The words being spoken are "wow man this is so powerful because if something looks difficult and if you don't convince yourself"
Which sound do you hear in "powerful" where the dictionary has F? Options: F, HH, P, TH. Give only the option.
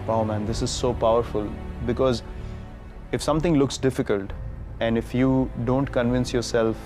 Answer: F